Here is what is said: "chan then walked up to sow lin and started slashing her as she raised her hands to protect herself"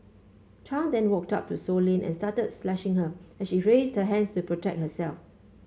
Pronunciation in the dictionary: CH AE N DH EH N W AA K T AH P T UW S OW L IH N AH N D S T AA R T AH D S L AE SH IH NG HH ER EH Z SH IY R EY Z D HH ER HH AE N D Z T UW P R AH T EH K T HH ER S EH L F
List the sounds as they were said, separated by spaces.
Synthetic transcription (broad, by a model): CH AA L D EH N W AA K T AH P T UW S OW L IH N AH N S T AA T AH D S L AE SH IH NG HH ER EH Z SH IY R EY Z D HH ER HH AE N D S T UW P R AH T EH K T HH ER S EH L F